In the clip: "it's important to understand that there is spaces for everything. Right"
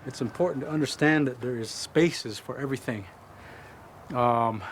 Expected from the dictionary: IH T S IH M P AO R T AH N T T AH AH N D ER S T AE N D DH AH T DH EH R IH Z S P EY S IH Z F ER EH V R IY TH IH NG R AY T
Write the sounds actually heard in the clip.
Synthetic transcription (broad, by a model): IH T S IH M P AO R T N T T AH AH N D ER S T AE N DH AH T DH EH R IH Z S P EY S IH Z F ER EH V R IY TH IH NG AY